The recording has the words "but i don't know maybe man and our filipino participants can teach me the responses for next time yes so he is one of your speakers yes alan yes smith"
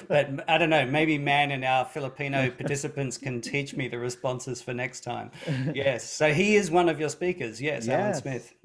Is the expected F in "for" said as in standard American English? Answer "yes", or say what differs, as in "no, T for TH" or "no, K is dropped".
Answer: yes